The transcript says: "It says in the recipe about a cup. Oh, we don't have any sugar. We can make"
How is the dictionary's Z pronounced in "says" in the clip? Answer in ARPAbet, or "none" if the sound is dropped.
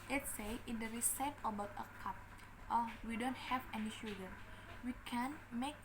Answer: none